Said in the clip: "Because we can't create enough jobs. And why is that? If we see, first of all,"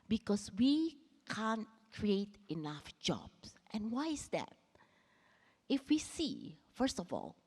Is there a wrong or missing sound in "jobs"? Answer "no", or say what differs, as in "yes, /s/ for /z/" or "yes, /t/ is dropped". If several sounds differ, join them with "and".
yes, /s/ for /z/